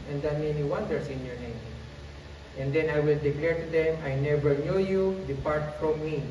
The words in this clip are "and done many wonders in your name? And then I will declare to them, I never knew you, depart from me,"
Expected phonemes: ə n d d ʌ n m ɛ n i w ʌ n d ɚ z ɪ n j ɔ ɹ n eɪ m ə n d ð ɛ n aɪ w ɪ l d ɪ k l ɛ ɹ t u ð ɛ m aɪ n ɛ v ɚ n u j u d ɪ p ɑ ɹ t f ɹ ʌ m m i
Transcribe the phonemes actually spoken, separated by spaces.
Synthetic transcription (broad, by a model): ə n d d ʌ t m ɛ n i w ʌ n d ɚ s ɪ n j ɔ ɹ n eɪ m ə n d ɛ n aɪ w ɪ l d ɪ k l ɛ ɹ t u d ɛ m aɪ n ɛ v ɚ n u j u d ɪ p ɑ ɹ t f ɹ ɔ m m i